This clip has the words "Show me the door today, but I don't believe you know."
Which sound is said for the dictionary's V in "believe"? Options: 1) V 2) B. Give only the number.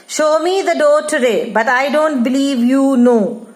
1